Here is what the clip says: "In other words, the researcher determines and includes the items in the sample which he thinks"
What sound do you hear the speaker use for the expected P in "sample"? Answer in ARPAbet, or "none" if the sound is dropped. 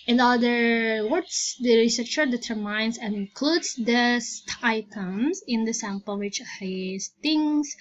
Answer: P